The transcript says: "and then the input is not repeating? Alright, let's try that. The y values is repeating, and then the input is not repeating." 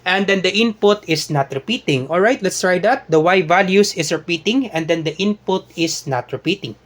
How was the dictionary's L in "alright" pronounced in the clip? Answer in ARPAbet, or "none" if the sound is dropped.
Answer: L